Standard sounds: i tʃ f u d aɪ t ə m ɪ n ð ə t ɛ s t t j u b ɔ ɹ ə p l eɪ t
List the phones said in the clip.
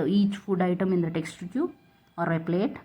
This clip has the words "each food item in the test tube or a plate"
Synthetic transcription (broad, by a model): i tʃ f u d aɪ t ə m ɪ n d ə t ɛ s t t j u ɔ ɹ ə p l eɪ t